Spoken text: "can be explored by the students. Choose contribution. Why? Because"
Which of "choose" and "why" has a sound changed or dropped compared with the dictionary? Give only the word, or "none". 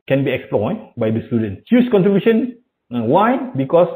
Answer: choose